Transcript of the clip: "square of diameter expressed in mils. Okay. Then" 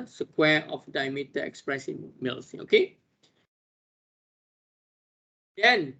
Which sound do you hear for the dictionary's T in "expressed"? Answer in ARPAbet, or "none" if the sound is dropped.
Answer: none